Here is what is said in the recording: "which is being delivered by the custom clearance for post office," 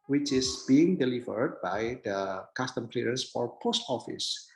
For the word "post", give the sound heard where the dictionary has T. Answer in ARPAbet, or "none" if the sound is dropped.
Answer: T